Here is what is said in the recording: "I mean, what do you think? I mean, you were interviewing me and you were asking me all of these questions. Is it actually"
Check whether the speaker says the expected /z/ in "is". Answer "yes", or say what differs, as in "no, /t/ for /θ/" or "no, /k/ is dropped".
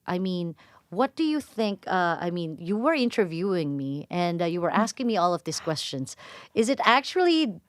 yes